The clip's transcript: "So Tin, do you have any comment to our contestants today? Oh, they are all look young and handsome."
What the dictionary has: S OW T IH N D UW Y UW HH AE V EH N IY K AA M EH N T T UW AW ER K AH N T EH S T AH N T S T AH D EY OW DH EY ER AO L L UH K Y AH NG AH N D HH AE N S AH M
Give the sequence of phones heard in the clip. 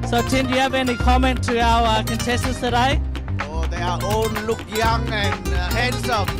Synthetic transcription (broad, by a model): S OW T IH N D Y UW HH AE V EH N IY K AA M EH N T T UW AW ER K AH N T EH S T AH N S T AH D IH OW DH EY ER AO N L UH K Y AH NG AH N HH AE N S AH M